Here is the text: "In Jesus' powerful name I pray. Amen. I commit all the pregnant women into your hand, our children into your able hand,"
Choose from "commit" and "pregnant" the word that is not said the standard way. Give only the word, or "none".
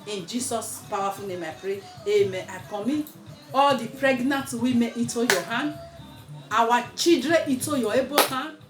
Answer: commit